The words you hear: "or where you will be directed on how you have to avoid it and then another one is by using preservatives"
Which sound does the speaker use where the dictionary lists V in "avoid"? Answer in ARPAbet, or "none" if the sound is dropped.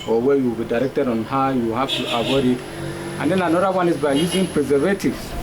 W